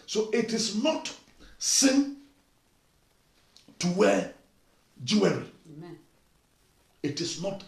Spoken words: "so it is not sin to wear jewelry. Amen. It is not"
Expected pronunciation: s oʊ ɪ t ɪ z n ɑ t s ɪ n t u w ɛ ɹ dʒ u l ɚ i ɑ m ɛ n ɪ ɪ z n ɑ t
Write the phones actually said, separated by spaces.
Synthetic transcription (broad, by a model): s oʊ ɪ t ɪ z n ɑ t s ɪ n t u w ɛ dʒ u w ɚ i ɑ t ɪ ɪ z n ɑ t